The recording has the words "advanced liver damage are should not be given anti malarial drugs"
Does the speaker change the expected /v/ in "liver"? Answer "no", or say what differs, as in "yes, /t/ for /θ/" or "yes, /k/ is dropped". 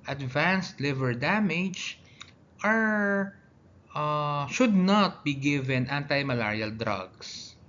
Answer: no